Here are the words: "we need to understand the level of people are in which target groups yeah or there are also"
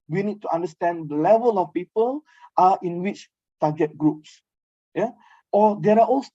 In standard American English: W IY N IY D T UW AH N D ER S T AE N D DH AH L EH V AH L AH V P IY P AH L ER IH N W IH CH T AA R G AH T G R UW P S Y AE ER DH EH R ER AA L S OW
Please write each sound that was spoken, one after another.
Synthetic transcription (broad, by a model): W IY N IY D T UW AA N D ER S T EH N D AH L EH V AH L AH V P IY P AH L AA IH N W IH CH T AA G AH T G R UW P S Y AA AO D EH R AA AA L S